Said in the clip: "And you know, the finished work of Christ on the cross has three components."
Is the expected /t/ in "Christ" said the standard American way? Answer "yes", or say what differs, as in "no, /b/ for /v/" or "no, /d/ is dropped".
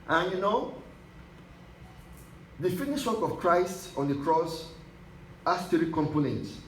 yes